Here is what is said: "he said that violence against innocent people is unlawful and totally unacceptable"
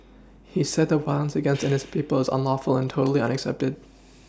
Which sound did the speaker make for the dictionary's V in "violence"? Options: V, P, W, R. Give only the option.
W